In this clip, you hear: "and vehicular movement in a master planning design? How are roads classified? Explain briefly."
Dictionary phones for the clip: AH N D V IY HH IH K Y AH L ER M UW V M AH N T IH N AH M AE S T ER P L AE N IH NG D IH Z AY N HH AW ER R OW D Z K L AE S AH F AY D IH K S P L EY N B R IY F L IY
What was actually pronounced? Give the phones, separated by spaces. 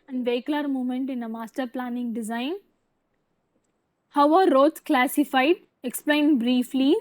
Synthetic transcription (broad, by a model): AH N V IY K L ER M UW M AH N T IH N AH M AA S T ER P L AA N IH NG D IH Z AY N HH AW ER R OW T K L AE S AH F AY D IH K S P L EY N B R IY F L IY